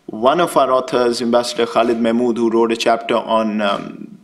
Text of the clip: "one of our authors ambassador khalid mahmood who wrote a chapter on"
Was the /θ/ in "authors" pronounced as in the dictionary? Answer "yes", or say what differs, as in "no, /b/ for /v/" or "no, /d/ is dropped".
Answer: no, /t/ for /θ/